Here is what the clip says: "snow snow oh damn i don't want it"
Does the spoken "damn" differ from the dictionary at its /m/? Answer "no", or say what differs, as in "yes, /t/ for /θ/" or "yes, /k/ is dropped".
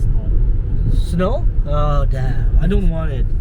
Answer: yes, /m/ is dropped